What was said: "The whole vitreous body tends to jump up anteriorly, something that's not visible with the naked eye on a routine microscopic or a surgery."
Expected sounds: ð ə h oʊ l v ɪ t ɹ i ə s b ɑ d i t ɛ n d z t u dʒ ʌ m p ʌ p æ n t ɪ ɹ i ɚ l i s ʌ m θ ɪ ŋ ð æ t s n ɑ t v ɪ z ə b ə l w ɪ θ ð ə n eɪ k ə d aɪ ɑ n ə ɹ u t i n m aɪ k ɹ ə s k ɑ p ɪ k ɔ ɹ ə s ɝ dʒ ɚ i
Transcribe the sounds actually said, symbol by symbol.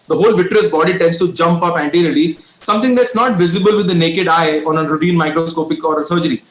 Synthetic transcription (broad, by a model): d ə h oʊ l v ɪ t ɹ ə s b ɑ d i t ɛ n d s t u dʒ ʌ m p ʌ p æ n t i ɹ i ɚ l i s ʌ m t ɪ ŋ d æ t s n ɑ t v ɪ z ə b ə l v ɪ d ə n eɪ k ə d aɪ ɑ n ə ɹ u t i n m aɪ k ɹ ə s k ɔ p ɪ k ɔ ɹ ə s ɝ dʒ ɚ i